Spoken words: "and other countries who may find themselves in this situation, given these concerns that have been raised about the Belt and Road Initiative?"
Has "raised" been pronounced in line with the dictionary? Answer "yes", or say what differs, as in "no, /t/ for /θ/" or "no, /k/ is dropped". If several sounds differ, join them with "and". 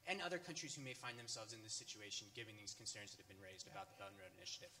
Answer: yes